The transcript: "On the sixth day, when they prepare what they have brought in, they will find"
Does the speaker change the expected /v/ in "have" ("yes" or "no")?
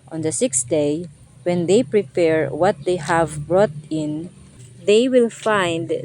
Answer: no